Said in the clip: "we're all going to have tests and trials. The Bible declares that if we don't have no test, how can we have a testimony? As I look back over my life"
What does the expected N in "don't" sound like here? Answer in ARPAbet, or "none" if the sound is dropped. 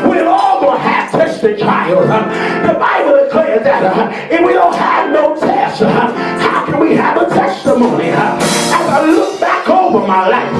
L